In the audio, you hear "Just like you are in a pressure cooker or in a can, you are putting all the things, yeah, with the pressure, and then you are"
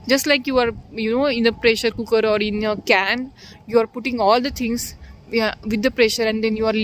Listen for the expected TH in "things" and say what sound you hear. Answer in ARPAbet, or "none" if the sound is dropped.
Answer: T